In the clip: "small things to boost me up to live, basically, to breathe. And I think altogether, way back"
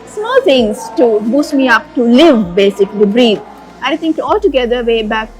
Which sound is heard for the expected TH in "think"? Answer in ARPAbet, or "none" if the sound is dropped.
T